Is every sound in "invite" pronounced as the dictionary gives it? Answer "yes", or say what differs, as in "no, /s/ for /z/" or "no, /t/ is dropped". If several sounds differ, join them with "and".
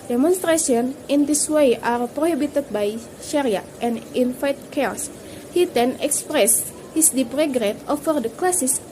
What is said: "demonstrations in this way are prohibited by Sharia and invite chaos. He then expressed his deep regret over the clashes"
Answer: no, /f/ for /v/